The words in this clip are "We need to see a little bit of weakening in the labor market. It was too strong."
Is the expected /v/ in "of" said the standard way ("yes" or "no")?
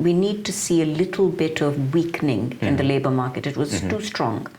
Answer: yes